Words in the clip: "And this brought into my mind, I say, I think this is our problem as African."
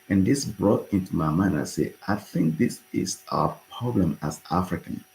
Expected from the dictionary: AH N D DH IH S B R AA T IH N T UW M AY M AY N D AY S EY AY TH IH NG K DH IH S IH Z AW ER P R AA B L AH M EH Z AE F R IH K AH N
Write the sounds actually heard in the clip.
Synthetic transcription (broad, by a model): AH N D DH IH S B R AA T IH N T UW M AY M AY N AY S EY AY TH IH NG K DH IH S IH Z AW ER P R AA B L AH M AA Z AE F R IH K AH N